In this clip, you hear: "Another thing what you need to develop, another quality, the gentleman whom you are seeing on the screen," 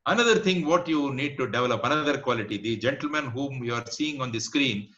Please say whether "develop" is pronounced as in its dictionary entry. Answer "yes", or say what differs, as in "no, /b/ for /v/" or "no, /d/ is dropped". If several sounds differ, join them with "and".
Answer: yes